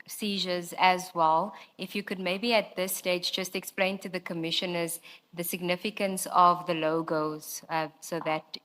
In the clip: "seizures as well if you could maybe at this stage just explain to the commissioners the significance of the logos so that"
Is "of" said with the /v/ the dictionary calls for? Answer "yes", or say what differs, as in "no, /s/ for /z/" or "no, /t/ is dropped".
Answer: yes